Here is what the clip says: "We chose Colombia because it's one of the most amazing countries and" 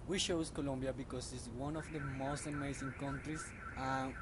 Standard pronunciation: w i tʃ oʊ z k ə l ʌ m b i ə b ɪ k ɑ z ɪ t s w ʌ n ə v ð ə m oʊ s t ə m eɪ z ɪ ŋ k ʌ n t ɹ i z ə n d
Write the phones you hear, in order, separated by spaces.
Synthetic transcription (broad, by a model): w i ʃ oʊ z k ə l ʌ m b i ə b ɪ k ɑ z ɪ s w ʌ n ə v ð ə m oʊ s t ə m eɪ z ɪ ŋ k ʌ n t ɹ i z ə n